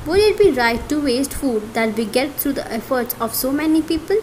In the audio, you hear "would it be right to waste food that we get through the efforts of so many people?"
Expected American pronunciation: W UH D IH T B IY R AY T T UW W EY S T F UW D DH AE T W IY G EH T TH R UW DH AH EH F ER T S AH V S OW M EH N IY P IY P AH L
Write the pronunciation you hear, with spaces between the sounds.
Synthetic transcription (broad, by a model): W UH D IH T B IY R AY T T UW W EY S T F UW D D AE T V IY G EH T T R UW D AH EH F ER T S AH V S OW M EH N IY P IY P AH L